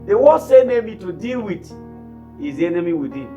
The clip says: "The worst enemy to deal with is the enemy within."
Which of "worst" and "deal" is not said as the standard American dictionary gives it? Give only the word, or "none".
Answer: worst